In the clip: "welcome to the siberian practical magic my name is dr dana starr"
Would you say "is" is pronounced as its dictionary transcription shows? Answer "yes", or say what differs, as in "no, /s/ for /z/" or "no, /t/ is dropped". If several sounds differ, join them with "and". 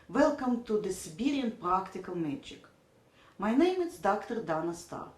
no, /s/ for /z/